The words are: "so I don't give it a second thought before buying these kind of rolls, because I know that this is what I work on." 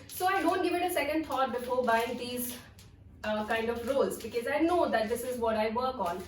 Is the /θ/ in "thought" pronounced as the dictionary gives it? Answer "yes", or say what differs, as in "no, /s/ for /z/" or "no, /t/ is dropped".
no, /t/ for /θ/